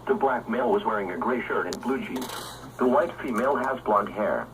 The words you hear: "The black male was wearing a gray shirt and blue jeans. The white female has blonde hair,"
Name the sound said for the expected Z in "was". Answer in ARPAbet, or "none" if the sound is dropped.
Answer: Z